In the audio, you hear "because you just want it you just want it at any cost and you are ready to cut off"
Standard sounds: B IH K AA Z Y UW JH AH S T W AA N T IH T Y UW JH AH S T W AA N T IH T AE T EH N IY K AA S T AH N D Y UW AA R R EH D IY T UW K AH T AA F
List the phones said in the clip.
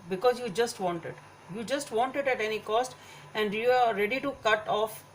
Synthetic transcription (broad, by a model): B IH K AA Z Y UW JH AH S T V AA N T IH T Y UW JH AH S T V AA N T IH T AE T EH N IY K AA S T AH N D Y UW AA R R EH D IY T UW K AH T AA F